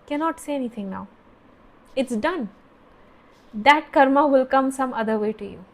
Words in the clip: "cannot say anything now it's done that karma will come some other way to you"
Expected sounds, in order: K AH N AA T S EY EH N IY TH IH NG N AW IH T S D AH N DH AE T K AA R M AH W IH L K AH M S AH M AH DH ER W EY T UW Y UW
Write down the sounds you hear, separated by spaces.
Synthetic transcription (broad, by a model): K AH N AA T S EY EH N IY T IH NG N AW IH T S D AH N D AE T K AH R M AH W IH L K AH M S AH M AH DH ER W EY T UW Y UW